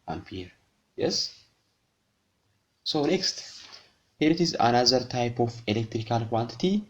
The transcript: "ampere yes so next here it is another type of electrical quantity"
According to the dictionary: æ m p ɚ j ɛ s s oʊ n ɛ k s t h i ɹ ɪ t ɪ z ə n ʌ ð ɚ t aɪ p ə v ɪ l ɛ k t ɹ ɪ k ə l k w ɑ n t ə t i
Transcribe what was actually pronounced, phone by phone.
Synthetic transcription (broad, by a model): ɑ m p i j ɛ s s oʊ n ɛ k s t h i ɹ ɪ t ɪ z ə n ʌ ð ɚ t aɪ p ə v ɪ l ɛ k t ɹ ɪ k ə l k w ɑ n t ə t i